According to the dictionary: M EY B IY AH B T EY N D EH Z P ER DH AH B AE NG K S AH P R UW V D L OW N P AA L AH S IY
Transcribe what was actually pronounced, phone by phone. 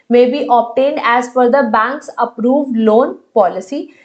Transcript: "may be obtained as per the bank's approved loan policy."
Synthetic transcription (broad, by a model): M EY B IY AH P T EY N D EH Z F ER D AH B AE NG K S AH P R UW V D L OW N P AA L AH S IY